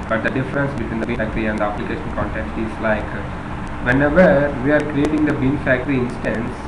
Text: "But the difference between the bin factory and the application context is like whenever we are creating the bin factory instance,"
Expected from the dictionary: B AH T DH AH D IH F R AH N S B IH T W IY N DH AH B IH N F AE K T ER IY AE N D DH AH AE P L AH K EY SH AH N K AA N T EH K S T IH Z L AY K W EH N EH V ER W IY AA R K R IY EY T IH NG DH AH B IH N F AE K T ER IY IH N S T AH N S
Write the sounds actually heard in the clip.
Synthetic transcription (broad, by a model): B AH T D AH D IH F R AH N S B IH T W IY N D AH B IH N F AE K T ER IY AE N D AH AE P L AH K EY SH AH N K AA N T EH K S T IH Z L AY K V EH N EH V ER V IY AA R K R IY EY T IH NG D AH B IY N F AE K T ER IY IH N S T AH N S